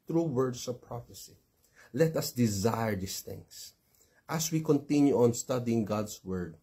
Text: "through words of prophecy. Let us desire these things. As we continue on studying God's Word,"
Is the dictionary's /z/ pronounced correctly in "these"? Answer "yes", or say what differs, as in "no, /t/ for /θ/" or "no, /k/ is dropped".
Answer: no, /s/ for /z/